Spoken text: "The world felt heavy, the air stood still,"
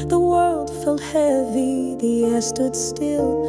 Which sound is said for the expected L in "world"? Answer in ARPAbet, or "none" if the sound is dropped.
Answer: L